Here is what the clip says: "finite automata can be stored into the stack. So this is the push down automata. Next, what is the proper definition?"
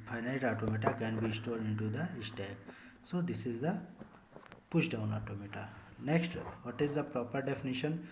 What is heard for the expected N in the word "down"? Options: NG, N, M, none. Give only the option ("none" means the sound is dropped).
N